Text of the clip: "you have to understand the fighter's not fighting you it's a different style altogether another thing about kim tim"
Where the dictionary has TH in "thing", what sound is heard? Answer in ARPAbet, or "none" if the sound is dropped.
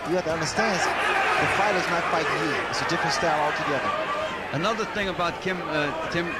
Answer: TH